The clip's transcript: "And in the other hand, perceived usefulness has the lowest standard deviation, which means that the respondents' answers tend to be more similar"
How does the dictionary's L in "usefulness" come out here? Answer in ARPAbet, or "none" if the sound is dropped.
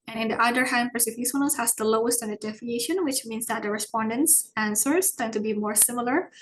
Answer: none